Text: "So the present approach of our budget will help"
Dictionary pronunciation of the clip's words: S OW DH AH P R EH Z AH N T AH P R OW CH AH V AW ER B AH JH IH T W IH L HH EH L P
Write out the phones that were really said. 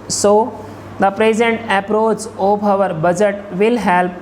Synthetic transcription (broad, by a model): S OW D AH P R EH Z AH N T AH P R OW CH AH B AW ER B AH JH IH T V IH L HH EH L P